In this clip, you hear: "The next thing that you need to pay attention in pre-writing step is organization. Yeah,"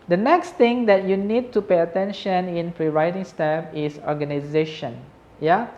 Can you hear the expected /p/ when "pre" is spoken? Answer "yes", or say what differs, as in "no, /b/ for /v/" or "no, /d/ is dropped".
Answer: no, /f/ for /p/